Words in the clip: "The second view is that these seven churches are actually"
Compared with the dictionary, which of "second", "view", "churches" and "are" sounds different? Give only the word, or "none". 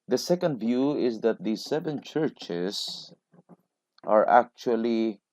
churches